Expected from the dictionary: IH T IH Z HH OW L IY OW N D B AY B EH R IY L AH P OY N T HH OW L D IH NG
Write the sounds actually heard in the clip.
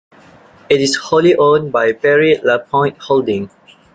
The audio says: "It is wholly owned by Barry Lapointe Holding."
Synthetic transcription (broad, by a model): IH T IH S HH OW L IY OW N B AY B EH R IY L AH P OY N T HH OW L D IH NG